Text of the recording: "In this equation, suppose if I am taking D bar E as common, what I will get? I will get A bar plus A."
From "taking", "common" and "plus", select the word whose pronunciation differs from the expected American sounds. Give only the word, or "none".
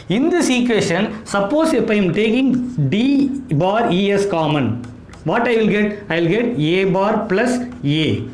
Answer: none